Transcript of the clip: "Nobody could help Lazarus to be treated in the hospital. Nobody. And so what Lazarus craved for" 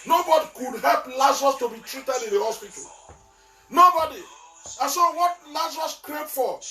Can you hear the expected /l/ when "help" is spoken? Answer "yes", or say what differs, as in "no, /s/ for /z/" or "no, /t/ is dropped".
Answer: yes